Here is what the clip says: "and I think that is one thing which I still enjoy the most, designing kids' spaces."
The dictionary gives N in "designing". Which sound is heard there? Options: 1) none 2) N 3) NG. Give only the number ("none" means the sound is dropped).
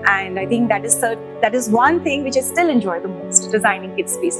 2